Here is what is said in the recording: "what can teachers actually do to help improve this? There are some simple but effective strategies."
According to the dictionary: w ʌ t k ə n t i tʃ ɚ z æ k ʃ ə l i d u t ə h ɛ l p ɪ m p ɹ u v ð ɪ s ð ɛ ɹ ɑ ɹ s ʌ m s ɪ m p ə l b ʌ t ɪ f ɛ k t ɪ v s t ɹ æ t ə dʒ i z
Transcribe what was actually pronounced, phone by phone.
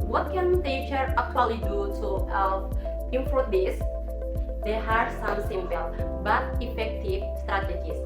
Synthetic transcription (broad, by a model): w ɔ t k ə n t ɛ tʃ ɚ ʌ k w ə l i d u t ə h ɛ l ɪ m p ɔ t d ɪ s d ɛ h ɑ ɹ s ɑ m s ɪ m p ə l b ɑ t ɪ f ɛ k t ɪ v s t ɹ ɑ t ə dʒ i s